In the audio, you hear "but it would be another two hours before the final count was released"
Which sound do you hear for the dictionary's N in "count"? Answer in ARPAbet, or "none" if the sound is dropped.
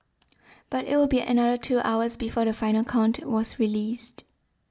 N